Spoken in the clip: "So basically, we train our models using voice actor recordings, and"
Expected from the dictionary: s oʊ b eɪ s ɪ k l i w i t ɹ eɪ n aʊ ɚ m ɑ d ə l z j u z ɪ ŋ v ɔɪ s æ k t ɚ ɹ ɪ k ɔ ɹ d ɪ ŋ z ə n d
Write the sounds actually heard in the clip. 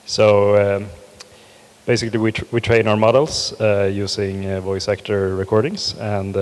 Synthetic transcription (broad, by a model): s oʊ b eɪ s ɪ k l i w i t ɹ eɪ n aʊ ɚ m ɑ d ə l s j u s ɪ ŋ v ɔɪ s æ k t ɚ ɹ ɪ k ɔ ɹ d ɪ ŋ s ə n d